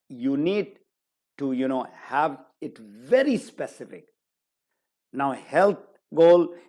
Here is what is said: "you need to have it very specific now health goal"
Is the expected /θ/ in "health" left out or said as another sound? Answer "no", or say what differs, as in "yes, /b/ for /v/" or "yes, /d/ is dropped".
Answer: yes, /t/ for /θ/